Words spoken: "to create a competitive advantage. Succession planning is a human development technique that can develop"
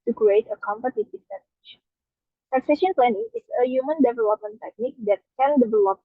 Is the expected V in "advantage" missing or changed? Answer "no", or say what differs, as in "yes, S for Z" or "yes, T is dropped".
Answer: yes, V is dropped